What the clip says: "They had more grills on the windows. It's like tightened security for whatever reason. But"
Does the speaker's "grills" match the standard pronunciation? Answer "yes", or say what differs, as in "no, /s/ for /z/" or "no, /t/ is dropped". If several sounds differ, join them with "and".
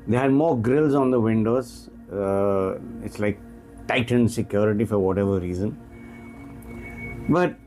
yes